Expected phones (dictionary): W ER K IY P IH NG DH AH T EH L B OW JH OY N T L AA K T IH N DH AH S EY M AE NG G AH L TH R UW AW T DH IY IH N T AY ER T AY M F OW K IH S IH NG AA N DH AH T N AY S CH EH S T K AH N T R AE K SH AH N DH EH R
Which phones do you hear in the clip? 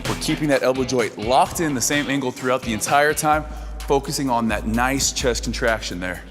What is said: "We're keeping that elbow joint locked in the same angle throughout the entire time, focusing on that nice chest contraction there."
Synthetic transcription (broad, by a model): W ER K IY P IH NG DH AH T EH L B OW JH OY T L AA K T IH N DH AH S EY M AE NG G L TH R UW AW T DH IY IH N T AY ER T AY M F OW K IH S IH NG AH N DH AH T N AY S CH EH S K N T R AE K SH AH N DH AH R